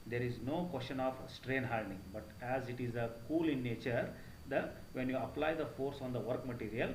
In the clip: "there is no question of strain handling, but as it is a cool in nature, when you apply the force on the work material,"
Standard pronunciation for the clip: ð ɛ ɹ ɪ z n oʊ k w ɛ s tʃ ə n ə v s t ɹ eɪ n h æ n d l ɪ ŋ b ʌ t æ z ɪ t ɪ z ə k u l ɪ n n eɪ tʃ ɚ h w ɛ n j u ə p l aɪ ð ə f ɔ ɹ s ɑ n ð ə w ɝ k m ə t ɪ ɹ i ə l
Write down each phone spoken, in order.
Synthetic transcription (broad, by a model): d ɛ ɹ ɪ z n oʊ k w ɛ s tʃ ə n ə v s t ɹ eɪ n h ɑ l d ɪ ŋ b ʌ t æ z ɪ t ɪ z ə k u l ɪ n n eɪ tʃ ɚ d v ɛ n j u ə p l aɪ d ə f ɔ ɹ s ɑ n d ə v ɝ k m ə t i ɹ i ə l